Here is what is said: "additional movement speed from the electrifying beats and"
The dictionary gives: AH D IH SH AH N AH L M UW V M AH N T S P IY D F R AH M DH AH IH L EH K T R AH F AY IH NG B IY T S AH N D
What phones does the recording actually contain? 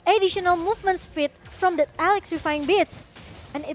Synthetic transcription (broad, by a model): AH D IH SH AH N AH L M UW V M AH N T S F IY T F R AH M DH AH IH L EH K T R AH F AY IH NG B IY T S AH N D